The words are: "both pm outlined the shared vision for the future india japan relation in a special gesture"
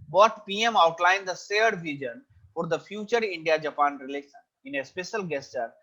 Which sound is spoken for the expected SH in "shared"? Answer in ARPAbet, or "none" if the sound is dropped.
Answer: S